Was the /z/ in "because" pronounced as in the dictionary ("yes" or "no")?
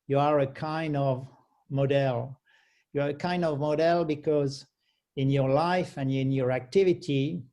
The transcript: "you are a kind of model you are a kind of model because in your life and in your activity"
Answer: yes